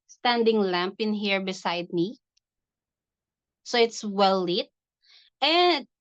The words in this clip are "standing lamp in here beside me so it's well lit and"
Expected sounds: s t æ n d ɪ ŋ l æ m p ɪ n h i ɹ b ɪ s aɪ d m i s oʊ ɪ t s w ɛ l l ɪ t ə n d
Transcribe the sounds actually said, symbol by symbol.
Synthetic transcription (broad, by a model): s t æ n d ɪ ŋ l æ m p ɪ n h i ɹ b ɪ s aɪ d m i s oʊ ɪ t s w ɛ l l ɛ t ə n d